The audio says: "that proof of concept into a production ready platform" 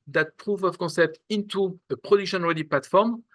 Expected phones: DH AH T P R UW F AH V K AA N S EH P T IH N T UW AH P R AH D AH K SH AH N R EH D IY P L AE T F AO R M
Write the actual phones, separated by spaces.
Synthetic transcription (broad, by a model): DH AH T P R UW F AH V K AA N S EH P T IH N T UW AH P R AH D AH K SH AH N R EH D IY P L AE T F AO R M